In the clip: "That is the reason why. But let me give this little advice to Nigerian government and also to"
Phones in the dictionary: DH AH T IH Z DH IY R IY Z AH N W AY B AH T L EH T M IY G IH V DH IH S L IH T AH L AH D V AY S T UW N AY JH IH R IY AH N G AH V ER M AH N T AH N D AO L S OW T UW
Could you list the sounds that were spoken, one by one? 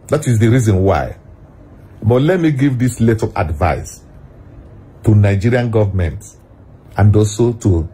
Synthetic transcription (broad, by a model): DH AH T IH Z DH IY R IY Z AH N W AY B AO T L EH T M IY G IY V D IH S L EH T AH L AH D V AY S T UW N AY JH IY R IY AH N G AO V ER M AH N T AH N D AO S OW T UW